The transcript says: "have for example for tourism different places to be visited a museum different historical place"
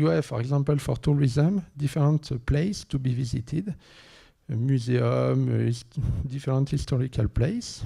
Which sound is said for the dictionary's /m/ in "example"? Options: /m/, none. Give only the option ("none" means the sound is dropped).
none